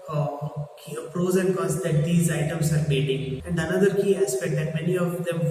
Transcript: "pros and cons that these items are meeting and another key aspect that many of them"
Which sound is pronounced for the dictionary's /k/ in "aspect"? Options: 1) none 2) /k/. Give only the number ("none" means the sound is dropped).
1